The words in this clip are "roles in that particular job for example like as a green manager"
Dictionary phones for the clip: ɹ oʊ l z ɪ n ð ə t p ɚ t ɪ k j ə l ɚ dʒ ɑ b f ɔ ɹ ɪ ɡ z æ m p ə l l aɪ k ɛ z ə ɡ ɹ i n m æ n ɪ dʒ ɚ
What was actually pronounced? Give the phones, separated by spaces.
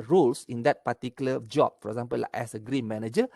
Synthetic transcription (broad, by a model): ɹ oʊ l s ɪ n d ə t p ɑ t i k j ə l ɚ dʒ ɑ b f ɔ ɹ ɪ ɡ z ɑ m p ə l l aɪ ɛ s ə ɡ ɹ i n m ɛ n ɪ dʒ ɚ